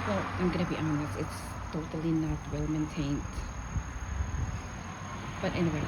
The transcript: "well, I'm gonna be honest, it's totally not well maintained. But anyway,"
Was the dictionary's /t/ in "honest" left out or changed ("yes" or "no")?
yes